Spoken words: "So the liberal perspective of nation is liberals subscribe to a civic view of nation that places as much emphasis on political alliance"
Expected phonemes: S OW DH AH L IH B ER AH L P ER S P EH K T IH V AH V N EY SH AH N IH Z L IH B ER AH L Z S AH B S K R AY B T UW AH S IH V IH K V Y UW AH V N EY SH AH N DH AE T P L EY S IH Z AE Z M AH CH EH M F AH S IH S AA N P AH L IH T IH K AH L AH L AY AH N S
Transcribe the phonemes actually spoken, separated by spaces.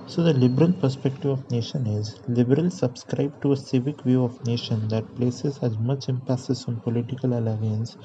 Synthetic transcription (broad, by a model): S OW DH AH L IH B ER AH L P ER S P EH K T IH V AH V N EY SH AH N IH Z L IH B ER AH L S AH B S K R AY B T UW AH S IH V IH K V Y UW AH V N EY SH AH N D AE T P L EY S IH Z AE Z M AH CH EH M P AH S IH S AA N P AH L IH T IH K AH L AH L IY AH N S